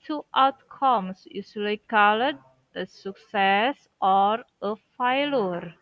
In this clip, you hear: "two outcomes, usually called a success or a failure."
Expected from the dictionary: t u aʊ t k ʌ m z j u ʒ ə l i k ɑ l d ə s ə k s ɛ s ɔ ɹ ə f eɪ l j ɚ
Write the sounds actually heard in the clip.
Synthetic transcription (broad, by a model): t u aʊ t k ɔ m s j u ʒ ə l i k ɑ l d ə s ə k s ɛ s ɔ ɹ ə f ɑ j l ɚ